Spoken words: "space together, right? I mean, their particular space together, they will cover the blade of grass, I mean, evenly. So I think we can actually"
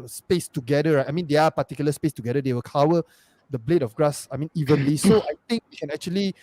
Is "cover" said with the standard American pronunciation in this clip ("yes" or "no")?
no